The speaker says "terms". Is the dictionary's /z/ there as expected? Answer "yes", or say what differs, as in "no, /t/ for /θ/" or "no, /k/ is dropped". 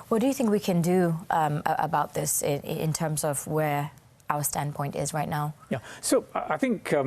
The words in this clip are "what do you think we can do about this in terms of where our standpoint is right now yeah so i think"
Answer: yes